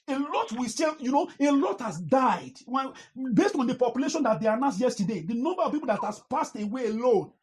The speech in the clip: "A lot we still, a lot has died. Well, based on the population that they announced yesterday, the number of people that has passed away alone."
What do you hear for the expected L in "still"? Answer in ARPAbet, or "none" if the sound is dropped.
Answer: N